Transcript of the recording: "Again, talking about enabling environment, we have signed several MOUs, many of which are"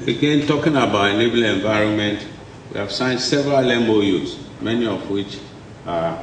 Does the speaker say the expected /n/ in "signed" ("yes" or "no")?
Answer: yes